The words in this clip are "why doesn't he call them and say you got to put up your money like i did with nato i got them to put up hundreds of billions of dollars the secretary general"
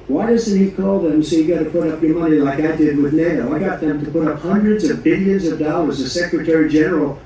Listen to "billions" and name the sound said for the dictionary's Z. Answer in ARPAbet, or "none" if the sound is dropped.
Z